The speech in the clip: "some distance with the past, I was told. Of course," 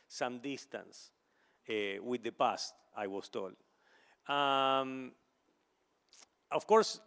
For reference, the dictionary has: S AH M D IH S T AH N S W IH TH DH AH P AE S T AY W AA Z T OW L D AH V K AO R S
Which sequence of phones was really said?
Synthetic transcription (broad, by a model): S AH M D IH S T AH N S W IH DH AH P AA S T AY W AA S T OW L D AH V K AO R S